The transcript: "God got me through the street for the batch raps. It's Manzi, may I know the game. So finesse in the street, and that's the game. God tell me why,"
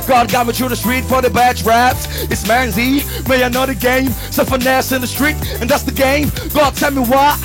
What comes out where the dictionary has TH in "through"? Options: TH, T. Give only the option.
T